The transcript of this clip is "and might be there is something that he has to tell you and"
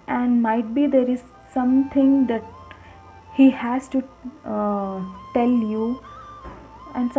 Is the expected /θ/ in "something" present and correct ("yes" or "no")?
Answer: no